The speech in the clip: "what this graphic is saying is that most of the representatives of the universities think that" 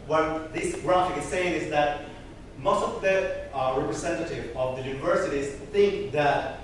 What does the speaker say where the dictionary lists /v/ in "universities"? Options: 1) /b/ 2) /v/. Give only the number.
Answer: 2